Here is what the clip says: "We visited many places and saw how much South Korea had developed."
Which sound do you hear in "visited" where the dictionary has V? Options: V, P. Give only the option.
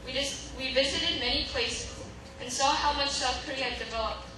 V